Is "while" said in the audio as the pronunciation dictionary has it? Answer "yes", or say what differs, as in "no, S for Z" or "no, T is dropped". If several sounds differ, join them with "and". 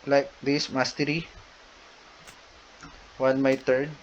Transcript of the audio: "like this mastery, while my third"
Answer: no, N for L